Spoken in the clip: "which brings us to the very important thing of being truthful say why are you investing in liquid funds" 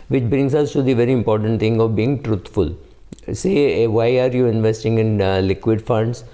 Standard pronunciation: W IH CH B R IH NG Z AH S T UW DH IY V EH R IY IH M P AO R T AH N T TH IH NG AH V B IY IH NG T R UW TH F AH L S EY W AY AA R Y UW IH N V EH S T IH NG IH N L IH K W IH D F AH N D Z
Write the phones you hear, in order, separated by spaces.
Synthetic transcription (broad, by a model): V IH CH B R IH NG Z AH S T UW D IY V EH R IY IH M P AO R T AH N T T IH NG AH V B IY IH NG T R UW T F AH L S EY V AY AA R Y UW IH N V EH S T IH NG IH N L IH K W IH D F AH N D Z